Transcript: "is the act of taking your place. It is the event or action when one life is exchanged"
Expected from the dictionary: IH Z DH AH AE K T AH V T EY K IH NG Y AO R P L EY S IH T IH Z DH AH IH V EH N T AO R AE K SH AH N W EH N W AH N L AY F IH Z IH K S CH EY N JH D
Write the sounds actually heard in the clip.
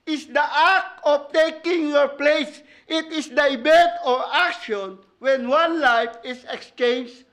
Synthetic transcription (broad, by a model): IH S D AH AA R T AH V T EY K IH NG Y AO R P L EY S IH T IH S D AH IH B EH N T AO R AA K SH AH N W EH N W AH N L AY F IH S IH K S CH EY N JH